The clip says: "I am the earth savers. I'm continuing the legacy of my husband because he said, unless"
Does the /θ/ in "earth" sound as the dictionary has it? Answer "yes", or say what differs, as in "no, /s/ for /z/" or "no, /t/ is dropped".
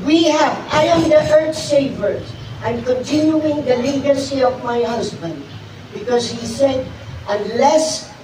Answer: no, /t/ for /θ/